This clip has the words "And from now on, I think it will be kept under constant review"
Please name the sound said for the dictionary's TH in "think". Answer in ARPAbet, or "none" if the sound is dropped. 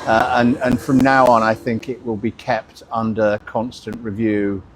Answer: TH